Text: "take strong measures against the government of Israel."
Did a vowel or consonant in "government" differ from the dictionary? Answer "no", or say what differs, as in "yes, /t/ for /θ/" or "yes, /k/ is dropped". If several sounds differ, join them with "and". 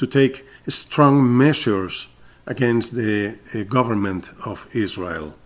no